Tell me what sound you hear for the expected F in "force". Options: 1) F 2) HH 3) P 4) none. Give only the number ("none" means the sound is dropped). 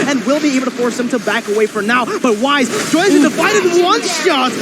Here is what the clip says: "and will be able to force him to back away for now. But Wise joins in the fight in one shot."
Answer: 1